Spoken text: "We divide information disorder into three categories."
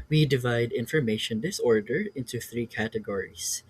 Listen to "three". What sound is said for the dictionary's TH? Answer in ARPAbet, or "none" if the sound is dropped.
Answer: TH